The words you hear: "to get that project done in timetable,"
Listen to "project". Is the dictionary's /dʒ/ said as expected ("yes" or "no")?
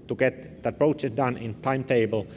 no